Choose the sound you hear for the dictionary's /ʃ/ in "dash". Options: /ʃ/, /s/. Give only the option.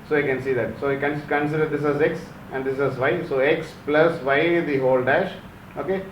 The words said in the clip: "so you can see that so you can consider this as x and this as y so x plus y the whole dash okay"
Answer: /ʃ/